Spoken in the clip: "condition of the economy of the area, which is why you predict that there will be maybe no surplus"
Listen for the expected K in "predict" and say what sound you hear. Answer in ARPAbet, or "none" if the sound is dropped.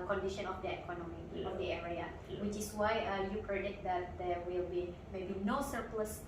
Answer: none